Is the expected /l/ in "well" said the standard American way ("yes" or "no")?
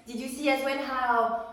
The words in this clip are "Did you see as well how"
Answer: no